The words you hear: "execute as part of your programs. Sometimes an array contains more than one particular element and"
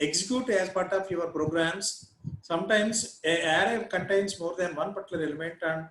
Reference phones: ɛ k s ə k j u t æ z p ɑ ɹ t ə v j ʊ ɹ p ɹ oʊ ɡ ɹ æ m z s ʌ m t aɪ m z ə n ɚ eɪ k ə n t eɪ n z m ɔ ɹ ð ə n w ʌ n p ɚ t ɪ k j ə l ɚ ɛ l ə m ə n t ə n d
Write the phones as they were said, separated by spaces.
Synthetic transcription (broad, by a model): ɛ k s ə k j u t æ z p ɑ ɹ t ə p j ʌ ɹ p ɹ oʊ ɡ ɹ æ m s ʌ m t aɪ m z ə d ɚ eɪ k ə n t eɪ n s m ɔ ɹ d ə n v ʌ n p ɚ t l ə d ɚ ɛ l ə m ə n t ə n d